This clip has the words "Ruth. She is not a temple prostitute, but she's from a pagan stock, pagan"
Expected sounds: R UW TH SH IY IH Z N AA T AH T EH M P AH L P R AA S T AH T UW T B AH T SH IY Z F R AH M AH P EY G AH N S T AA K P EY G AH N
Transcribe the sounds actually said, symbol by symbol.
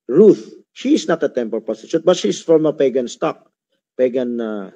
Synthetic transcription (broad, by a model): R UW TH SH IY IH S N AA T AH T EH M P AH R P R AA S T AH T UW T B AH T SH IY S F R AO M AH P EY G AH N S T AA K P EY G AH N